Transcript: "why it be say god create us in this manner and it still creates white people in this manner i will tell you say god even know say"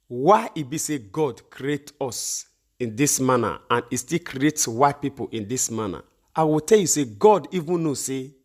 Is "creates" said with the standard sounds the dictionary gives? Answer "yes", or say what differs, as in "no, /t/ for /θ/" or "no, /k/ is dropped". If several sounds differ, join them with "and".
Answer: yes